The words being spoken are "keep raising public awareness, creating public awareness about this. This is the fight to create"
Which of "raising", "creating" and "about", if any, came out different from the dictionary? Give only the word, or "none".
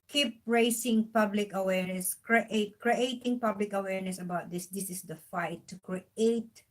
raising